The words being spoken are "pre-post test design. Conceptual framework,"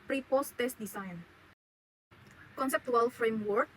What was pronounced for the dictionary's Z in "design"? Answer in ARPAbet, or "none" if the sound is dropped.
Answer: S